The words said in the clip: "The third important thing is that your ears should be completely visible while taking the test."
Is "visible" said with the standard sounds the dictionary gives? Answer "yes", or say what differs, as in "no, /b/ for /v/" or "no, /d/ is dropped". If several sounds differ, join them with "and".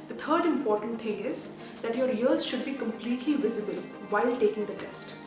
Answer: yes